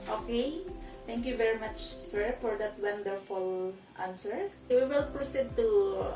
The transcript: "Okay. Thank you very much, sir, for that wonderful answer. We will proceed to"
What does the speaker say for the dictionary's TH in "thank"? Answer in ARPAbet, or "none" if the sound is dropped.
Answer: T